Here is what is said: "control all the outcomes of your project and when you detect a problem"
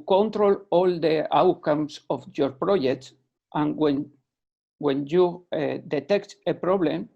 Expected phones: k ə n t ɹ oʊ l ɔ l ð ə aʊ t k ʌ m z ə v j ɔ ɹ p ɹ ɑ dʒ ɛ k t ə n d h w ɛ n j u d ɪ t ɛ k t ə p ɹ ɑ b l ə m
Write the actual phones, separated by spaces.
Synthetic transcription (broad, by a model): k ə n t ɹ oʊ l ɔ l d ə aʊ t k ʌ m s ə f j ɔ ɹ p ɹ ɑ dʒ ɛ k t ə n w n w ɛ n j u d ɪ t ɛ k t ə p ɹ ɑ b l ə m